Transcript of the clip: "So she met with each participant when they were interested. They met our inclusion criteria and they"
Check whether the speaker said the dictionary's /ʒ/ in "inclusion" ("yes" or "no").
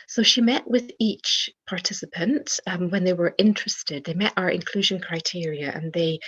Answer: yes